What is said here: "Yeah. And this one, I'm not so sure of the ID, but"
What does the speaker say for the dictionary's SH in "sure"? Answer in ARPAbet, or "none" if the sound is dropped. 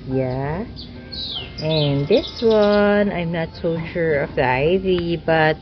SH